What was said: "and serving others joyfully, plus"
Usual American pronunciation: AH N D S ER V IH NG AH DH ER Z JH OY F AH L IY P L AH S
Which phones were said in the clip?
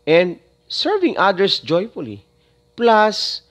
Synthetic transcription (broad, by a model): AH N D S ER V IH NG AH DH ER S JH OY F AH L IY P L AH S